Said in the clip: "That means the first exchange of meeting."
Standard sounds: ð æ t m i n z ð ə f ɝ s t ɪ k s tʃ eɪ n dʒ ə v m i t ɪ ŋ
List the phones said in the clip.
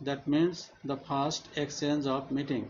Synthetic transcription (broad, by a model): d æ t m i n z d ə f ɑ s t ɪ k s eɪ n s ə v m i t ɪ ŋ